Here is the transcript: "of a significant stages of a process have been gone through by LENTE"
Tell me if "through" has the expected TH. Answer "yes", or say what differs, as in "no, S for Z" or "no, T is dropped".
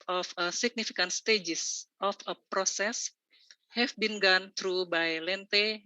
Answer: no, T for TH